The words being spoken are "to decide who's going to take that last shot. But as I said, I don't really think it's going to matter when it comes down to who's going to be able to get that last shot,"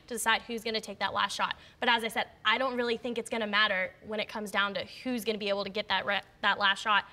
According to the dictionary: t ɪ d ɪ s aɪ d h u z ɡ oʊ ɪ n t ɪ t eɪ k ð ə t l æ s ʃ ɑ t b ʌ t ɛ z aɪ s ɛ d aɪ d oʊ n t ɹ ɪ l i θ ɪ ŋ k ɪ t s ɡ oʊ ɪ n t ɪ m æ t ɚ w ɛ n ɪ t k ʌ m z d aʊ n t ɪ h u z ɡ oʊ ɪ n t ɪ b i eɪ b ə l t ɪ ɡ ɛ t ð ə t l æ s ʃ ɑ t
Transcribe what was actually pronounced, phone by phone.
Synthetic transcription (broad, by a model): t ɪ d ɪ s aɪ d h u z ɡ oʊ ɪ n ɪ t eɪ k ð ə t l æ s ʃ ɑ t b ʌ t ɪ z aɪ s ɛ d aɪ d oʊ n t ɹ ɪ l i θ ɪ ŋ k ɪ t s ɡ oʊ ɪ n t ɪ m æ t ɚ w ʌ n ɪ t k ʌ m z d aʊ n t ɪ h u z ɡ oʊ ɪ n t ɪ b i eɪ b l t ɪ ɡ ɛ t ð ə t l æ s ʃ ɑ t